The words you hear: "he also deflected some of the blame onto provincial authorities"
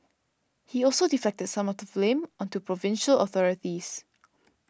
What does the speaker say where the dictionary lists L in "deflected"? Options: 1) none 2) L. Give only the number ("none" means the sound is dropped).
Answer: 1